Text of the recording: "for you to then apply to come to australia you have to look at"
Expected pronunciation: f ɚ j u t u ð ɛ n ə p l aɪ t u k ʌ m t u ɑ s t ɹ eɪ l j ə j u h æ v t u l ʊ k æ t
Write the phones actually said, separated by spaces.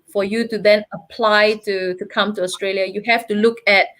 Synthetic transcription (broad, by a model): f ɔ j u t u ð ɛ n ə p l aɪ t u k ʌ m t u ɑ s t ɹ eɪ l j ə j u h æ f t u l ʊ k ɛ t